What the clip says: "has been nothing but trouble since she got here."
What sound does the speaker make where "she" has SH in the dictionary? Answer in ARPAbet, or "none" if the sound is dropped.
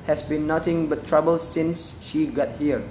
SH